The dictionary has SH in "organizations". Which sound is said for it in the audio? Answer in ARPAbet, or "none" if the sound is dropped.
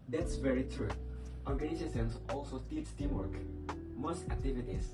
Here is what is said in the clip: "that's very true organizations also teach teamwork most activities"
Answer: S